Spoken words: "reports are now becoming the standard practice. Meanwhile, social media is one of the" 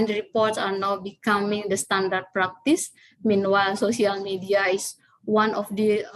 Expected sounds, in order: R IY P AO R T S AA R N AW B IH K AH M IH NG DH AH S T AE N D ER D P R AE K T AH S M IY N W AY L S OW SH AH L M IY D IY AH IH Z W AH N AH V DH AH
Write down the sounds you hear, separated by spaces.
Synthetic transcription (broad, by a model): R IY P AO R T S AA R N AW B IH K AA M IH NG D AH S T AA N D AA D P R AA K T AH S M IY N W AY L S OW S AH L M IY D IY AH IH S W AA N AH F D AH